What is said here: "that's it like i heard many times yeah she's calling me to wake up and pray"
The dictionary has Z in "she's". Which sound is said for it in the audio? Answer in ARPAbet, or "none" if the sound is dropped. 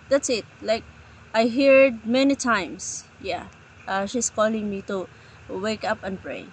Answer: S